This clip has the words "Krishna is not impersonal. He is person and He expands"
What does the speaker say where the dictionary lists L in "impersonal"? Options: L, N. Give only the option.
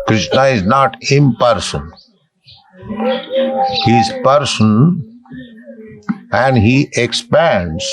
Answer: N